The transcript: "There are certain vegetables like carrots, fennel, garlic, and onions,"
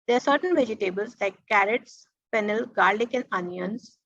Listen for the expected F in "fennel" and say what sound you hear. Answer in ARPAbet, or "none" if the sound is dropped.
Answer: P